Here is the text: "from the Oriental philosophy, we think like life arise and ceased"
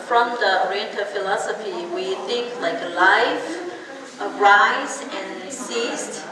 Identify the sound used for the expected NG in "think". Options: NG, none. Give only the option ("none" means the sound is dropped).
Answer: NG